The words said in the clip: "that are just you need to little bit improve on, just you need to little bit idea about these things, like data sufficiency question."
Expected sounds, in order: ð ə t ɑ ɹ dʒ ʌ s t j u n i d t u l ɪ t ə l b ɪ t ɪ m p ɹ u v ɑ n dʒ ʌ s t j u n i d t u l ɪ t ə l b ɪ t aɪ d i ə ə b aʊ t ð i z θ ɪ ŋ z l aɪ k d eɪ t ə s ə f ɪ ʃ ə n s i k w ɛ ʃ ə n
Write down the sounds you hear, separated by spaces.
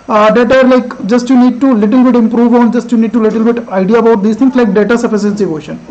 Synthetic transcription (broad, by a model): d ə t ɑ ɹ dʒ ʌ s t j u n i d t u l ɪ t ə l b ɪ t ɪ m p ɹ u v ɑ n dʒ ʌ s t j u n i d t u l ɪ t ə l b ɪ t aɪ d i ə ə b aʊ t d i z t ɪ ŋ s l aɪ k d eɪ t ə s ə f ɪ s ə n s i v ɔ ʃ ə n